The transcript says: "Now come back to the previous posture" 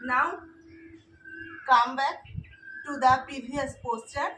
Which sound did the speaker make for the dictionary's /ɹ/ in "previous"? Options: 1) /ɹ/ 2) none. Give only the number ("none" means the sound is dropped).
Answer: 2